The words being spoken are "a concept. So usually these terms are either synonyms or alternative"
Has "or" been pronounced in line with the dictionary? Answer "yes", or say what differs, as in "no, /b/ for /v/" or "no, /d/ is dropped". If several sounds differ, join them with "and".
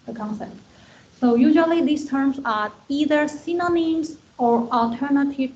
yes